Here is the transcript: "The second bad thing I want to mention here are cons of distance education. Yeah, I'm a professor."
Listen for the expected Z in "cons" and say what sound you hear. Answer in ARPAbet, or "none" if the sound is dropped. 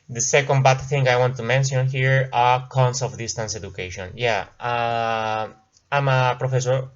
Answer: S